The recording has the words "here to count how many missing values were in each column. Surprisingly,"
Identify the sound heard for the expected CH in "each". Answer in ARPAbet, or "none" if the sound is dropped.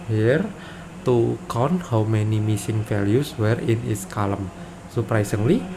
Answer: S